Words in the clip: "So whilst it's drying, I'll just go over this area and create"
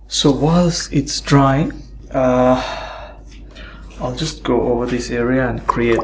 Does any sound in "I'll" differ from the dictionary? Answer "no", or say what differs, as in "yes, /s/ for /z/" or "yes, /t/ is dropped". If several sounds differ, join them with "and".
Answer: no